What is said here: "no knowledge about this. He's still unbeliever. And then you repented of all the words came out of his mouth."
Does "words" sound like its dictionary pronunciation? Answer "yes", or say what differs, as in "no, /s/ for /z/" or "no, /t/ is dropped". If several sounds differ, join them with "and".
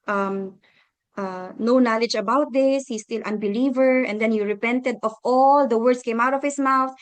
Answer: no, /s/ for /z/